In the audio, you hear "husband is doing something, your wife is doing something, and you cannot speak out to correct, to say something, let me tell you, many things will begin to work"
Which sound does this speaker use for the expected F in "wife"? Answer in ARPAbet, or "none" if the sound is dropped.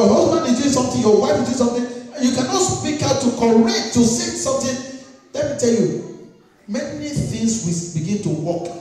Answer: none